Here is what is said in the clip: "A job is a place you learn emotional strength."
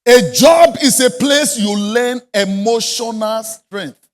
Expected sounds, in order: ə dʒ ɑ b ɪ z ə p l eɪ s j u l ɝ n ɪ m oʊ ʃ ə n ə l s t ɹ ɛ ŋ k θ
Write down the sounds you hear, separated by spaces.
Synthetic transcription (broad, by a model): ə dʒ ɑ b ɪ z ə p l eɪ s j u l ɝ n ɪ m oʊ ʃ ə n ə l s t ɹ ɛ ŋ k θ